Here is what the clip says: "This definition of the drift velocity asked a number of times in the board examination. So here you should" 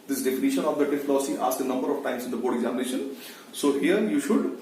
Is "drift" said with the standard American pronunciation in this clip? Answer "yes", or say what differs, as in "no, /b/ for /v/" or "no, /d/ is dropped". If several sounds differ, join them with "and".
no, /ɹ/ is dropped